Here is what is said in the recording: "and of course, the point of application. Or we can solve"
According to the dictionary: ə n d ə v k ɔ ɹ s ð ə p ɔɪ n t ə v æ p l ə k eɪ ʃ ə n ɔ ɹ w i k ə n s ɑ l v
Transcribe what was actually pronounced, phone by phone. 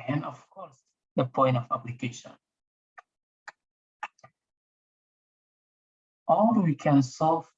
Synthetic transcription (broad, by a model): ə n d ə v k ɔ ɹ s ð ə p ɔɪ n t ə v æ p l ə k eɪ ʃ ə n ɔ l w i k ə n s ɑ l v